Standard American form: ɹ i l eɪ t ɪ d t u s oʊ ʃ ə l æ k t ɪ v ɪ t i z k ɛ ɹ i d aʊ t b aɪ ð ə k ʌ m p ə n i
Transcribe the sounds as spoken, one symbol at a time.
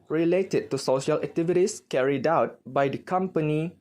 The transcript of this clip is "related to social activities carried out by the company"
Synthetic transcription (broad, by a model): ɹ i l eɪ t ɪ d t u s oʊ ʃ ə l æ k t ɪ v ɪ t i s k ɛ ɹ i d aʊ t b aɪ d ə k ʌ m p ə n i